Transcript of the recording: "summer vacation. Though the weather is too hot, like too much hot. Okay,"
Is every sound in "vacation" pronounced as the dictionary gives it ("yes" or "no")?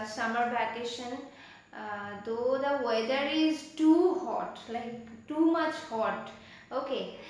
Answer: no